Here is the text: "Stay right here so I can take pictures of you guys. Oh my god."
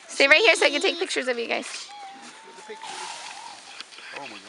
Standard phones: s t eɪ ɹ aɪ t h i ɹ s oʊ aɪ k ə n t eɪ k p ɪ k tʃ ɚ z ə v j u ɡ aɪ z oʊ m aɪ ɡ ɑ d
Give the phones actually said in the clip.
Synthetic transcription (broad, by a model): s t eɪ ɹ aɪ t h i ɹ s oʊ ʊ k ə t eɪ k p ɪ k tʃ ɚ z ə v j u ɡ aɪ z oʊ